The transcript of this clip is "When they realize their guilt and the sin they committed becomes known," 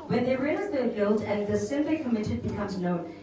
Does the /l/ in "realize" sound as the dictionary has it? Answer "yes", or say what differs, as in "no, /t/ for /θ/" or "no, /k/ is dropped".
no, /n/ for /l/